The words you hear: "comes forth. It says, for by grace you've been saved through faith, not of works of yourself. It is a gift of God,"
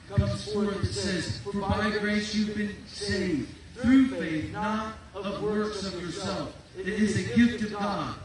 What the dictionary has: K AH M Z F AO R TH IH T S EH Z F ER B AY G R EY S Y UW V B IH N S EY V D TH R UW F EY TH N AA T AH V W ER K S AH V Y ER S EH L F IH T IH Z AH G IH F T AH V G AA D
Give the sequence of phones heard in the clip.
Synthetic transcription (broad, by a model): K AH M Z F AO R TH IH T S EH Z F ER B AY G R EY S Y UW V B IH N S EY V D TH R UW F EY TH N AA T AH V W ER K S AH V Y ER S EH L F IH T IH Z AH G IH F T AH V G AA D